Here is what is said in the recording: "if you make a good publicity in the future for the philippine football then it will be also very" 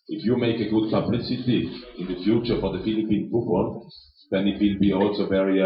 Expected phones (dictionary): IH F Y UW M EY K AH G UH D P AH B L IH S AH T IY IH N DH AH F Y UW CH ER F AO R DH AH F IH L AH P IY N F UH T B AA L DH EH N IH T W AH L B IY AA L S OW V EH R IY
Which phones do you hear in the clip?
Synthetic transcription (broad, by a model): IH F Y UW M EY K AH G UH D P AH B L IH S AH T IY IH N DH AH F Y UW CH ER F AO R DH AH F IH L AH P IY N P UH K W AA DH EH N IH T W AH L B IY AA L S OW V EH R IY